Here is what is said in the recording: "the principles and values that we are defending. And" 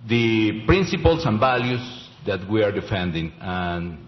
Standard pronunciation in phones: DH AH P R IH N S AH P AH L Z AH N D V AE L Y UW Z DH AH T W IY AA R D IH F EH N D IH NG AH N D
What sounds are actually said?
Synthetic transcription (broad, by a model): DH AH P R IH N S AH P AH L S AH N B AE L Y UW S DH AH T W IY AA R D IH F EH N D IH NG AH N